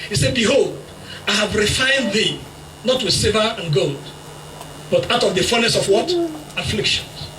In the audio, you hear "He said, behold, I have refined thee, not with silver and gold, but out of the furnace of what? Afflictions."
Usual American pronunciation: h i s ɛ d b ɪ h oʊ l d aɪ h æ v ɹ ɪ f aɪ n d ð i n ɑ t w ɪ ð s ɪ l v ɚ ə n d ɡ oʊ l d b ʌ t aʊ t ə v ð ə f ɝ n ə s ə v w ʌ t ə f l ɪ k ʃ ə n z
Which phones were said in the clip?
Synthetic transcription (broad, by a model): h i s ɛ d b ɪ h oʊ l d aɪ h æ v ɹ ɪ f aɪ n d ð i n ɑ t w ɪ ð s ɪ v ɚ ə n ɡ oʊ l d b ʌ t aʊ t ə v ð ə f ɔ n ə s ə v w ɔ t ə f l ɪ k ʃ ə n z